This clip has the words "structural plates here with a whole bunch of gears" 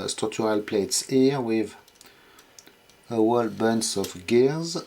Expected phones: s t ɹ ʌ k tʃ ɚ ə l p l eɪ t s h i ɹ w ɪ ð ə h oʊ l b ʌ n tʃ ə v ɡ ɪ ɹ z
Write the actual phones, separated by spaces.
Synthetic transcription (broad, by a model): s t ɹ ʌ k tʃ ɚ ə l p l eɪ t s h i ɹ w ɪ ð ə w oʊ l b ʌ n s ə f ɡ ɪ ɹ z